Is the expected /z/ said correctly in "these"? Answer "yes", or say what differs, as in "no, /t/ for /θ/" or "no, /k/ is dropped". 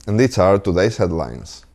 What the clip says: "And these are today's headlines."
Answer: no, /s/ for /z/